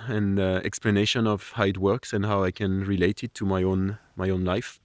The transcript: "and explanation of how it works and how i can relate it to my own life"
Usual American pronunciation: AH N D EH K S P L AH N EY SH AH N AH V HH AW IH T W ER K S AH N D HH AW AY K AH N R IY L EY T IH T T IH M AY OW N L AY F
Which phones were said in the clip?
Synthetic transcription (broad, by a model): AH N EH K S P L AH N EY SH AH N AH V HH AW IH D W ER K S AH N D HH AW AY K AH N R IY L EY T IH T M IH M AY OW N L AY F